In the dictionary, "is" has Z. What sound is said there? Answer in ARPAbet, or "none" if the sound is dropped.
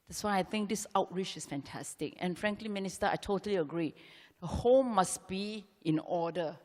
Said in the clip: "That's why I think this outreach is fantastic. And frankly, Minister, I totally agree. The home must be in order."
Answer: S